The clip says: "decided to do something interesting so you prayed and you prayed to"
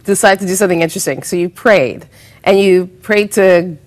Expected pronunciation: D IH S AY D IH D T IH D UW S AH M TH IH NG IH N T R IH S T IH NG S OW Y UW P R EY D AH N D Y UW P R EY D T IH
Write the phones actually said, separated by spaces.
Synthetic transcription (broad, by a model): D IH S AY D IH D T IH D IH S AH M TH IH NG IH N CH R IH S T IH NG S OW Y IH P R EY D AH N Y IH P R EY D T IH